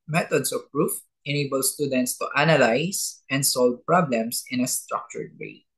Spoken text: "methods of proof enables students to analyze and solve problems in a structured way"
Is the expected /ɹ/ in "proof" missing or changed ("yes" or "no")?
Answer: no